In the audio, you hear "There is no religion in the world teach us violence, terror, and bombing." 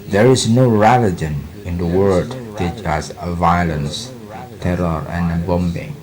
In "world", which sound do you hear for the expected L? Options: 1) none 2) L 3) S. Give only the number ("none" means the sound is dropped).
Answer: 1